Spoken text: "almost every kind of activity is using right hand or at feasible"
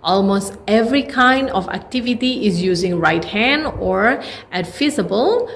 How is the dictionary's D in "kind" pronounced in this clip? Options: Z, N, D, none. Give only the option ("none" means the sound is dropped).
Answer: D